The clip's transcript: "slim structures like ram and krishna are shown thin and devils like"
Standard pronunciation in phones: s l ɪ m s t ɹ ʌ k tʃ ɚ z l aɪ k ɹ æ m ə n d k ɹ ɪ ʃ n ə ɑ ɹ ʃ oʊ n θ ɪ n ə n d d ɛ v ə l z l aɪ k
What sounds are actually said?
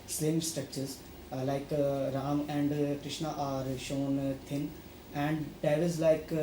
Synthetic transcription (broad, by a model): s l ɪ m s t ɹ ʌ k tʃ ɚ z l aɪ k ɹ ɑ m ə n d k ɹ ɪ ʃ n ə ɑ ɹ ʃ oʊ n t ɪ n ə n d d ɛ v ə z l aɪ k